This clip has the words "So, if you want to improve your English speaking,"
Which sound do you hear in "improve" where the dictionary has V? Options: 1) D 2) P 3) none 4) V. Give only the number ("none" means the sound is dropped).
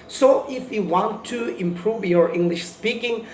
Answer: 4